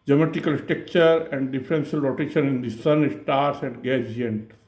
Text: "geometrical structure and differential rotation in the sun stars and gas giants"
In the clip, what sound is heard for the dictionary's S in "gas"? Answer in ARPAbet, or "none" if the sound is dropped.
none